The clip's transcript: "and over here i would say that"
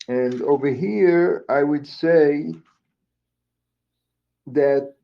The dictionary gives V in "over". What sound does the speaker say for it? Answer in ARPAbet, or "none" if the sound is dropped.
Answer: V